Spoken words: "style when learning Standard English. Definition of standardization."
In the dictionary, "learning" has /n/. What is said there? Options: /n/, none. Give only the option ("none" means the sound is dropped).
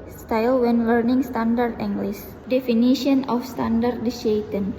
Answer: /n/